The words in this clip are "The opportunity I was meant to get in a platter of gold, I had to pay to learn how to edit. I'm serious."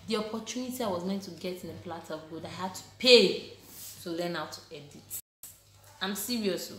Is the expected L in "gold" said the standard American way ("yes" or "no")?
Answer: no